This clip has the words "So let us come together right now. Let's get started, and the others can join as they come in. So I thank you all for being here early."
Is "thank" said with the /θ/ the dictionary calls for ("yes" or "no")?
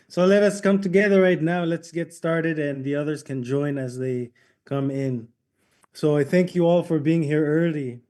yes